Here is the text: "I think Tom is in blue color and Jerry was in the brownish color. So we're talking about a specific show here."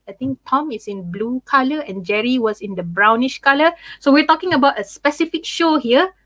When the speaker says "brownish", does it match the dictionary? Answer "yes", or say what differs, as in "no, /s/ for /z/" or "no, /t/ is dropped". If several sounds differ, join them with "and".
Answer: yes